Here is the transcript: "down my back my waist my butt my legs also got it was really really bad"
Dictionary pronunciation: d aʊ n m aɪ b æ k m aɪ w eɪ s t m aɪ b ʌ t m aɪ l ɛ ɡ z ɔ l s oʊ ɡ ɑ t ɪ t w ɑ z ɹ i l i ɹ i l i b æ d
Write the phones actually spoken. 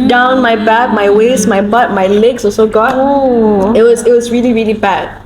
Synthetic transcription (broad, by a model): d aʊ n m aɪ b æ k m aɪ w eɪ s m aɪ b ʌ t m aɪ l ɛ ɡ s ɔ s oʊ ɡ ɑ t ɪ t w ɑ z ɹ i l i ɹ i l i b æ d